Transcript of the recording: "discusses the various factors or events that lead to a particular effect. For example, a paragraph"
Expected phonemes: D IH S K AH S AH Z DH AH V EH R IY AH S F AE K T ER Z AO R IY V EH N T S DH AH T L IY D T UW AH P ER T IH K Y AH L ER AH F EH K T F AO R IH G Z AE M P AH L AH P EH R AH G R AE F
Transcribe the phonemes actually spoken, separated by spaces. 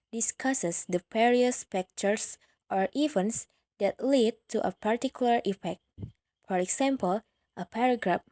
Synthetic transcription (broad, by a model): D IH S K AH S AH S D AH P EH R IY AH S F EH K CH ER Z AO R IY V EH N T S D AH T L IY D T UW AH P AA T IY K Y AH L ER AH F EH K T F AO R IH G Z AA M P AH L AH P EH R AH G R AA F